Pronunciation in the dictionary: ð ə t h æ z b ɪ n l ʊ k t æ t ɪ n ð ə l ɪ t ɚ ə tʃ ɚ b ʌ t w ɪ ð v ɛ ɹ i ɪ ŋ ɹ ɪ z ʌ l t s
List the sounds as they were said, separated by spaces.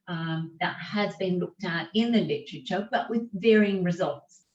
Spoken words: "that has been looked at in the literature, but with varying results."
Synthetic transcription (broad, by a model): ð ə t h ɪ z b ɪ n l ʊ k t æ t ɪ n ð ə l ɪ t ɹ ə tʃ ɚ b ʌ t w ɪ ð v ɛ ɹ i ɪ ŋ ɹ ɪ z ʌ l t s